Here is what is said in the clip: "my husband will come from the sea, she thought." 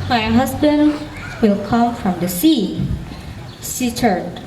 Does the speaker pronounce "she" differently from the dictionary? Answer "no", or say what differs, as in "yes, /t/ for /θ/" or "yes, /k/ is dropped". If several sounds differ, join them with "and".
yes, /s/ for /ʃ/